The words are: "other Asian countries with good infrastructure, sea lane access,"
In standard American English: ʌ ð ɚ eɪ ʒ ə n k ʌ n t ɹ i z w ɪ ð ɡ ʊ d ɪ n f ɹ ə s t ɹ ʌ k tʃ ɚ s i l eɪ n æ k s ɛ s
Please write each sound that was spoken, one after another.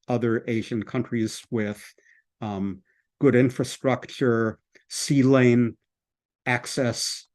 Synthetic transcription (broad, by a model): ʌ ð ɚ eɪ ʒ ə n k ʌ n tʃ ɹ i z w ɪ ð ɡ ʊ d ɪ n f ɹ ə s t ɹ ʌ k tʃ ɚ s i l eɪ n æ k s ɛ s